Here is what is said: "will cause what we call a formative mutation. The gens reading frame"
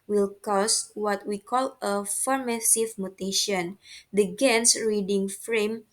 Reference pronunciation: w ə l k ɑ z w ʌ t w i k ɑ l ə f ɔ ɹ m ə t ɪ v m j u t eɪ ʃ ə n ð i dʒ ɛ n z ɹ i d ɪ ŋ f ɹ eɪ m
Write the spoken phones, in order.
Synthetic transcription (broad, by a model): w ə l k ɑ s w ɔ t w i k ɑ l ə f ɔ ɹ m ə s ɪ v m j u t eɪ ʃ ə n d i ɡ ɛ n s ɹ i d ɪ ŋ f ɹ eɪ m